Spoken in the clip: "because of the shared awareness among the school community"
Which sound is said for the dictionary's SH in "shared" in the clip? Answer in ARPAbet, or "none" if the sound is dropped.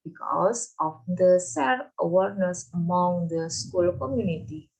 S